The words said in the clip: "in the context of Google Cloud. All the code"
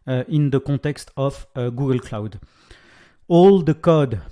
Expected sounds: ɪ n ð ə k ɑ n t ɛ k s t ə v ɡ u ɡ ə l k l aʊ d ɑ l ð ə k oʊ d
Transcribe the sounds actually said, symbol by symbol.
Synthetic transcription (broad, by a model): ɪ n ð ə k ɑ t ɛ k s t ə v ɡ u ɡ ə l k l aʊ d ɑ l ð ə k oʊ d